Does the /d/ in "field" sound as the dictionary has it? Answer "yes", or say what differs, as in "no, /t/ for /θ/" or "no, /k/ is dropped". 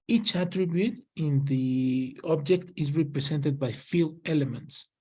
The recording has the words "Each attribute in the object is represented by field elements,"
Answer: no, /d/ is dropped